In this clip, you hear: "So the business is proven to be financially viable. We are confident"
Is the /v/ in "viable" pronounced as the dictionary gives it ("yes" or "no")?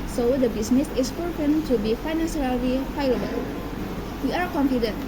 no